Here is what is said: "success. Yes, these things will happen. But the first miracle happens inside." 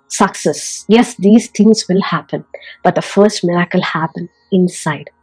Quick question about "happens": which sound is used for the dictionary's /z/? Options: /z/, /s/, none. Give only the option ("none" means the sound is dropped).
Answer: none